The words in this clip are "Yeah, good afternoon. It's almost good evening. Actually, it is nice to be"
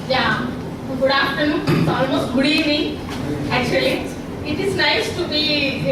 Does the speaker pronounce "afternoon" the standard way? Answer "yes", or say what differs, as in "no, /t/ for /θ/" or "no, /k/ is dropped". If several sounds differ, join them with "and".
no, /p/ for /f/